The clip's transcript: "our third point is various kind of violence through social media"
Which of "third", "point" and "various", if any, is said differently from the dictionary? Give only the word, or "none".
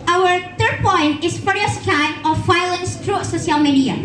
various